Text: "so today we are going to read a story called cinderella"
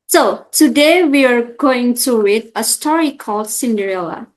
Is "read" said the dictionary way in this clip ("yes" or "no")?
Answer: no